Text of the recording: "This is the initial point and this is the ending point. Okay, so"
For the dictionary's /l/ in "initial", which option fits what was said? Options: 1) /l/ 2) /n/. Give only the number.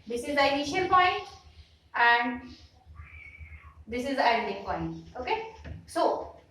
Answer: 2